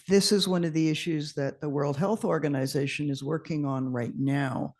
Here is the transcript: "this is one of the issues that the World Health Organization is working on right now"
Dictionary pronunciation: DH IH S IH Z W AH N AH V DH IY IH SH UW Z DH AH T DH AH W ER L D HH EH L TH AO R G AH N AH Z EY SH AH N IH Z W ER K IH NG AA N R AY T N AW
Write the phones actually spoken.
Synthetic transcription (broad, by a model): DH IH S IH Z W AH N AH V DH IY IH SH UW Z DH AH T DH AH W ER L D HH EH L TH AO R G AH N AH Z EY SH AH N IH Z W ER K IH NG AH N R AY T N AW